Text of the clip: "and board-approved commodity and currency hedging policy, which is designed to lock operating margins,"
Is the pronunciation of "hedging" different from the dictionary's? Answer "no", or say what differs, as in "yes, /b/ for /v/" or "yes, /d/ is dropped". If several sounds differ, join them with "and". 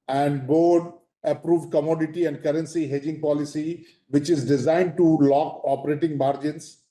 no